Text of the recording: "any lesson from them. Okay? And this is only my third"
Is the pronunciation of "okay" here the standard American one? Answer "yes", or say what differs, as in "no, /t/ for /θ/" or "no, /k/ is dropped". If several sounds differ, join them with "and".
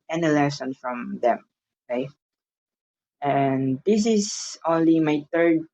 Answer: no, /k/ is dropped